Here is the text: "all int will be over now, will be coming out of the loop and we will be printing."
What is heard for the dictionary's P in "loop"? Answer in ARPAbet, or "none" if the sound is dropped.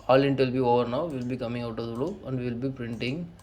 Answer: none